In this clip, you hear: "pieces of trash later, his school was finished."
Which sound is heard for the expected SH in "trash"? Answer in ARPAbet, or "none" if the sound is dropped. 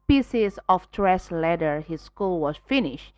S